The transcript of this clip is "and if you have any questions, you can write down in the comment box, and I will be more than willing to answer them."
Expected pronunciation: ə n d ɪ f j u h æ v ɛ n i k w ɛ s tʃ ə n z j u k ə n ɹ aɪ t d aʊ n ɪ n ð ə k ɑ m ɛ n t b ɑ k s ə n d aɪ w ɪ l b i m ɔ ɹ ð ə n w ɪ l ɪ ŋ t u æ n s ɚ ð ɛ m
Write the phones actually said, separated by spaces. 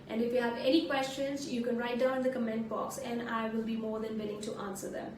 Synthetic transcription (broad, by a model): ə n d ɪ f j u h æ v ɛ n i k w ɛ s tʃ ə n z j u k ə n ɹ aɪ t d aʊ ɪ n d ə k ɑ m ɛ n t b ɑ k s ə n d aɪ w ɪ l b i m ɔ ɹ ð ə n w ɪ l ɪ ŋ t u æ n s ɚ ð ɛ m